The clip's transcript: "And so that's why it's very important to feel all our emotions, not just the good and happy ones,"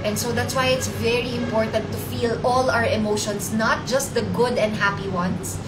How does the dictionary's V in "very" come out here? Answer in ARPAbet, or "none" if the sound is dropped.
V